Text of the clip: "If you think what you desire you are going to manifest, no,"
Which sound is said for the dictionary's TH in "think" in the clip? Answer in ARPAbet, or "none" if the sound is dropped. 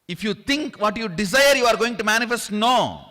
T